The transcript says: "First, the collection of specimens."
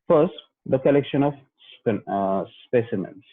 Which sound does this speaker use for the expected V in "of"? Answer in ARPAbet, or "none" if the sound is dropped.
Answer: P